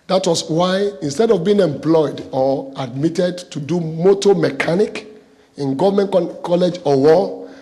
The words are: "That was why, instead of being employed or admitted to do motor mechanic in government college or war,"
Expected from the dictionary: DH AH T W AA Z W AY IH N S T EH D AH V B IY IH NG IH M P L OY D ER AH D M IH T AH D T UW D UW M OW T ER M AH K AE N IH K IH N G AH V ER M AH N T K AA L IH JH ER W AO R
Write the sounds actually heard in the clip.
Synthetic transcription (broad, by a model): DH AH T W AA S W AY IH N S T EH D AH V B IY IH NG IH M P L OY D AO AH D M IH T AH D T UW D UW M OW T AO M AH K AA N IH K IH N G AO V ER M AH N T K AA L IH JH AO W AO